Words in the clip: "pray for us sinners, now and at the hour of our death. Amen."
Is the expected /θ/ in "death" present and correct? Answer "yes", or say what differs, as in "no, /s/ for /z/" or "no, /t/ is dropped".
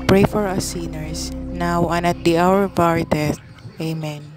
no, /t/ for /θ/